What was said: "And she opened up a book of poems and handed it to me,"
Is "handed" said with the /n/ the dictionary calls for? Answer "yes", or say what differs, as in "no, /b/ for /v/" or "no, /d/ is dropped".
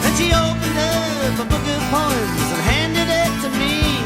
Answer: yes